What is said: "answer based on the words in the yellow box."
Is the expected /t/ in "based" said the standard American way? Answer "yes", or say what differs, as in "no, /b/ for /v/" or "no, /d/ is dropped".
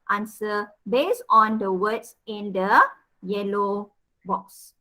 no, /t/ is dropped